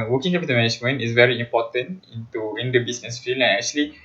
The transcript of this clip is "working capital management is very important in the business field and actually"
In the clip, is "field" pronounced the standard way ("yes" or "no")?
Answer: no